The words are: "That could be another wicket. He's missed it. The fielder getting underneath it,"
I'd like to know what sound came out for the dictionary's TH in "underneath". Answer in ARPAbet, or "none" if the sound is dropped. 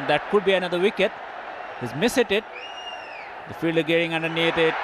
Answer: T